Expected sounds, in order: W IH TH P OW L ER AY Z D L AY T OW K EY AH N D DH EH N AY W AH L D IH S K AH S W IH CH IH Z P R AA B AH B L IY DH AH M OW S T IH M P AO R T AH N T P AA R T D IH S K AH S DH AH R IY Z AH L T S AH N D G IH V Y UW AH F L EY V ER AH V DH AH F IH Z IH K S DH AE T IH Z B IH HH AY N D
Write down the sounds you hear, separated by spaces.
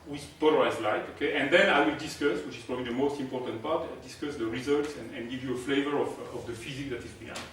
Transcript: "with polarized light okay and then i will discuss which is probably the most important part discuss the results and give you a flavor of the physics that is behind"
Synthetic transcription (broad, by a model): W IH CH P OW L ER AY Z L AY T OW K EY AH N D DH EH N AY W AH L D IH S K AH S W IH CH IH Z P R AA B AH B L IY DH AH M OW S T IH M P AO R T AH N T P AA R T D IH S K AH S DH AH R IY Z AH L T S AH N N G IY V Y UW AH F L EY V ER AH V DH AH F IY Z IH K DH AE T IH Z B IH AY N